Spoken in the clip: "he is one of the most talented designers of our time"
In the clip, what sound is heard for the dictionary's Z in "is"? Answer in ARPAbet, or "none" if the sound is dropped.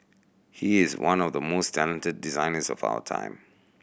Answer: Z